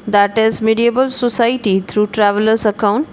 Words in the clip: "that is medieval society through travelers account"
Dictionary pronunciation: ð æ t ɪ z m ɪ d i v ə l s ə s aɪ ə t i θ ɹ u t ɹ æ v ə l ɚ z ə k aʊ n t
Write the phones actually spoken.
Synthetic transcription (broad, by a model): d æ t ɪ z m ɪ d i b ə l s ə s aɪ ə t i t ɹ u t ɹ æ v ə l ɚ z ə k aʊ n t